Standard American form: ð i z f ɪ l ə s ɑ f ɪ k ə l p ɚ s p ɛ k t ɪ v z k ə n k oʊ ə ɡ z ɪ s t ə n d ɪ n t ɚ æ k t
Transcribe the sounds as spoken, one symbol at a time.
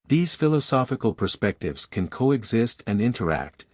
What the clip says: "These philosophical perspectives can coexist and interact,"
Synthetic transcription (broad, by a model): ð i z f ɪ l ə s ɑ f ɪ k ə l p ɚ s p ɛ k t ɪ v z k ə n k oʊ ə ɡ z ɪ s t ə n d ɪ n t ɚ æ k t